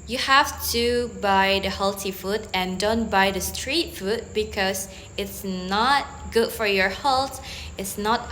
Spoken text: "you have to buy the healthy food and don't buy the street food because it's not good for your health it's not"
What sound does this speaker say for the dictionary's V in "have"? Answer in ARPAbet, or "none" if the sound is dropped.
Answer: F